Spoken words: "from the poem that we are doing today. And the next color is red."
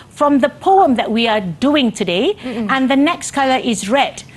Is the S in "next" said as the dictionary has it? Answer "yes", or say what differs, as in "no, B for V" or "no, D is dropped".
yes